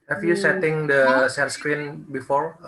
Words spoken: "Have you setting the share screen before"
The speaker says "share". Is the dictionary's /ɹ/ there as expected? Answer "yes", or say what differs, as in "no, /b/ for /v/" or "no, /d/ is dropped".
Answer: no, /l/ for /ɹ/